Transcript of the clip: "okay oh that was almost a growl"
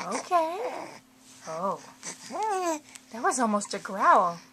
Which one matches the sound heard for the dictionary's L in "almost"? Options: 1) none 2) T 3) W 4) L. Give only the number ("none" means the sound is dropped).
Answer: 4